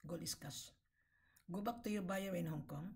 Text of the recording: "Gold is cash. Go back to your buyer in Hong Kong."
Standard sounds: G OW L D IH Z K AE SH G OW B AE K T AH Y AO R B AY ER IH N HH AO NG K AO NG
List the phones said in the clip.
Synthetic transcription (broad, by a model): G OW L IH S K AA S G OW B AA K T AH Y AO B AY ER IH N HH AO NG K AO NG